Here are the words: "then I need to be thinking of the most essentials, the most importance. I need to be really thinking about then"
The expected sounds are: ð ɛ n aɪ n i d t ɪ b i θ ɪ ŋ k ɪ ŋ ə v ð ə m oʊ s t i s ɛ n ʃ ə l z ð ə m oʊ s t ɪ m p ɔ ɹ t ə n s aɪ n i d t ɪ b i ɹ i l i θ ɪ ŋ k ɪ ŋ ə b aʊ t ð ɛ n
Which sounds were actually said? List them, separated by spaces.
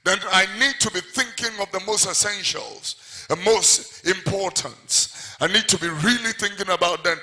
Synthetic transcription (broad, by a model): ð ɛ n aɪ n i d t ɪ b i θ ɪ ŋ k ɪ ŋ ə v ð ə m oʊ s t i s ɛ n ʃ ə l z ð ə m oʊ s t ɪ m p ɔ ɹ t ə n s aɪ n i d t ɪ b i ɹ i l i θ ɪ ŋ k ɪ ŋ ə b aʊ t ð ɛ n